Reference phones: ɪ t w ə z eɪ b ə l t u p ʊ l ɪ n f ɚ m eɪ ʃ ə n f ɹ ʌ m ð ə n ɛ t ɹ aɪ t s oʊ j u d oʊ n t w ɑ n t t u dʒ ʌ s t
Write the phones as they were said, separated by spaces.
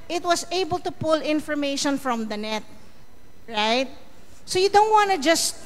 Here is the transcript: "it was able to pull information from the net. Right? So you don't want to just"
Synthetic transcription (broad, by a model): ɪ t w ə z eɪ b ə l t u p ʊ l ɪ n f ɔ m eɪ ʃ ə n f ɹ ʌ m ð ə n ɛ t ɹ aɪ t s oʊ j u d oʊ n t w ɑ n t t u dʒ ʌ s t